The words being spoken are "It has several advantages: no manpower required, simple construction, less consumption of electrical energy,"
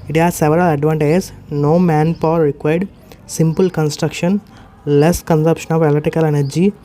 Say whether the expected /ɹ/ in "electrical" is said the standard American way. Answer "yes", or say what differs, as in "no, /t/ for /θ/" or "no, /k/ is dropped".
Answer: no, /ɹ/ is dropped